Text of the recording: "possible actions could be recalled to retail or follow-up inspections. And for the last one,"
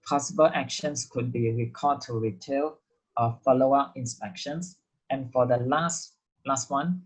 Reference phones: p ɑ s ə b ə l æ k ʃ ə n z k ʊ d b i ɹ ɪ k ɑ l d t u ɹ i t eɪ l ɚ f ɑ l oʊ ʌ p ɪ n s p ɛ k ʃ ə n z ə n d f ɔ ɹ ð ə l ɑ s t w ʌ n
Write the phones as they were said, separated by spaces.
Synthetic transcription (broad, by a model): p ɑ s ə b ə l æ k ʃ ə n s k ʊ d b i ɹ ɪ k ɑ d t u ɹ i t eɪ l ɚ f ɑ l oʊ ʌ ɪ n s p ɛ k ʃ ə n s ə n f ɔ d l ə l ɑ s t w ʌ n